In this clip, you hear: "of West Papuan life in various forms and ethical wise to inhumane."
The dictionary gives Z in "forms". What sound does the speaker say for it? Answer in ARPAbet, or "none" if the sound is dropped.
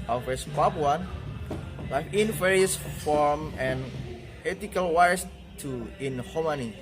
none